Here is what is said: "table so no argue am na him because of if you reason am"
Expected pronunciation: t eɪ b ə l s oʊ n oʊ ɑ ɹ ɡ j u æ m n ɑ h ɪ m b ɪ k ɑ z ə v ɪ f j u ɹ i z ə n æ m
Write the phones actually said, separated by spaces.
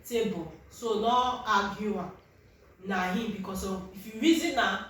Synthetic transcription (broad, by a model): t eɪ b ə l s oʊ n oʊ ɑ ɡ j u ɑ n ɑ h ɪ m b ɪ k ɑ s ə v ɪ f j u ɹ i z ə n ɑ